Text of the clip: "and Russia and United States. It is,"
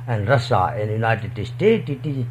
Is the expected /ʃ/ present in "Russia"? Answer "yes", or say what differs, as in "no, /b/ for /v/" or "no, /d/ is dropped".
no, /s/ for /ʃ/